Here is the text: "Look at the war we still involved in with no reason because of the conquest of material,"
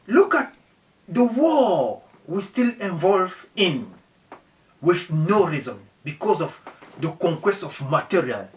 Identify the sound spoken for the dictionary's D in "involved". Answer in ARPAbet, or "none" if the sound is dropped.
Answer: none